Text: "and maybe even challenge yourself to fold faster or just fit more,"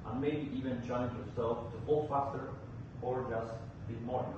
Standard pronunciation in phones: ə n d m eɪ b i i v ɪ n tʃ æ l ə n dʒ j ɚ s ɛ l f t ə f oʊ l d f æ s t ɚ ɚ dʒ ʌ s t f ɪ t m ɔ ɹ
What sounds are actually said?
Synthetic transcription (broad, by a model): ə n m eɪ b i i v ɪ n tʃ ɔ ə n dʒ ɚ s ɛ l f t ə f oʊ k f æ s t ɚ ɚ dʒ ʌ s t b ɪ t m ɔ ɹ